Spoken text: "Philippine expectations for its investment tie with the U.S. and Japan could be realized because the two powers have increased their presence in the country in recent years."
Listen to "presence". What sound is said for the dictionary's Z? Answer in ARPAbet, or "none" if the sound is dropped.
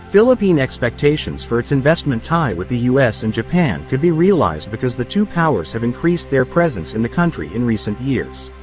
Z